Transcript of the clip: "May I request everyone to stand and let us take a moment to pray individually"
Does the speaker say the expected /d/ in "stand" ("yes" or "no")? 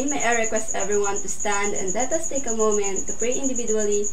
yes